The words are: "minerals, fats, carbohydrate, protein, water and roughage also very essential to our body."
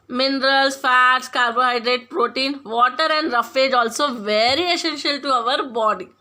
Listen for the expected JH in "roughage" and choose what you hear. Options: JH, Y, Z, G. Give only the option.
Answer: JH